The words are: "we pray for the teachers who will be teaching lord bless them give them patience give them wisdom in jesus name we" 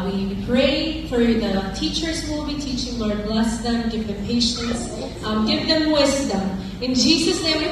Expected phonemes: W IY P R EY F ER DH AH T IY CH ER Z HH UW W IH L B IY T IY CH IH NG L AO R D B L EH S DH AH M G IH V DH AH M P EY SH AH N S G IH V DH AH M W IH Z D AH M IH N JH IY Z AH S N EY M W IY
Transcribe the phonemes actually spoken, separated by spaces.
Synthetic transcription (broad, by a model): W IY P R EY F ER DH AH T IY CH ER Z W IH L B IY T IY CH IH NG L AO R D B L EH S DH AH M G IH V DH AH M P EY SH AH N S G IH V DH AH M W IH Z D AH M IH N JH IY Z AH S N EY M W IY